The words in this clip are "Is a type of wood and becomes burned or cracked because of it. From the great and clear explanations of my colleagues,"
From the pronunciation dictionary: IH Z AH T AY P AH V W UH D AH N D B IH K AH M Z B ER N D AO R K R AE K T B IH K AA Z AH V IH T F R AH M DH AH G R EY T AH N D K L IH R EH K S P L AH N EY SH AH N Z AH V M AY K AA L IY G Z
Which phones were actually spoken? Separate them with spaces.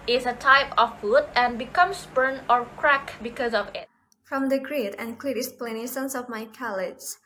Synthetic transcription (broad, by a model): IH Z AH T AY P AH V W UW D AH N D B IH K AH M S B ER N AO R K R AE K B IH K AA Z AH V IH T F R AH M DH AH G R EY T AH N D K L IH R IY S P L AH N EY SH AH N S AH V M AY K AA L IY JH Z